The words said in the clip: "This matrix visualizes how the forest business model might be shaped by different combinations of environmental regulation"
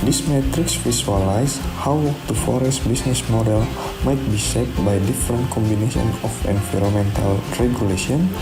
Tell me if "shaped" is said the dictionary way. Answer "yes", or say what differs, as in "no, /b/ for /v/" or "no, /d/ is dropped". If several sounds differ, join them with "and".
no, /s/ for /ʃ/ and /p/ is dropped